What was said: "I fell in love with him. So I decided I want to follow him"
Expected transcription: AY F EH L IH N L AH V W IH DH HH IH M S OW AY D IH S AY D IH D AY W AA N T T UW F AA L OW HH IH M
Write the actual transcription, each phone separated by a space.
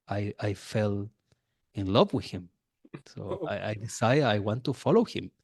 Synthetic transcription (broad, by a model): AY F EH L IH N L AH V W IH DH HH IH M S OW AY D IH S AY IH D AY W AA N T T UW F AA L OW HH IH M